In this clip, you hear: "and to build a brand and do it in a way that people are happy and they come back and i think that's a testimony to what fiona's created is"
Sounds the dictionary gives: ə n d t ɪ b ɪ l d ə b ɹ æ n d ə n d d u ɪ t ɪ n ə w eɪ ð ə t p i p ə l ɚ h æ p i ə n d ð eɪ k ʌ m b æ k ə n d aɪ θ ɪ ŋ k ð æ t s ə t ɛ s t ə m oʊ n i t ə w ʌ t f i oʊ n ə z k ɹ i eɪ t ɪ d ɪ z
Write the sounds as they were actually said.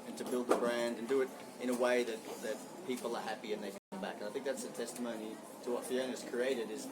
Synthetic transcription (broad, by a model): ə n t ɪ b ɪ l d ə b ɹ æ n d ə n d d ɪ ɪ t ɪ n ə w eɪ ð ə t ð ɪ p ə l ɚ h æ p i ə n ð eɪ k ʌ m b æ k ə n aɪ θ ɪ ŋ k ð æ t s ə t ɛ s t ə m oʊ n i t ə w ʌ t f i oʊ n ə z k ɹ i eɪ t ɪ d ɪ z